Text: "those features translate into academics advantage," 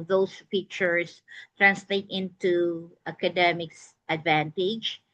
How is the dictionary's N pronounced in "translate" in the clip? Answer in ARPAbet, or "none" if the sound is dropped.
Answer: N